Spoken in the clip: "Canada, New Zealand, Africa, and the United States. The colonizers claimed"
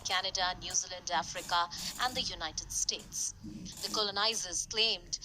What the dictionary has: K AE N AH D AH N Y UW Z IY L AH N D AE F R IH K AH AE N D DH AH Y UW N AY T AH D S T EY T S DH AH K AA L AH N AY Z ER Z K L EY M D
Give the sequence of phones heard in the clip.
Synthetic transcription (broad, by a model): K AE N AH D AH N Y UW Z IY L AH N D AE F R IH K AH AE N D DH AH Y UW N AY T AH D S T EY T S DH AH K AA L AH N AY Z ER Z K L EY M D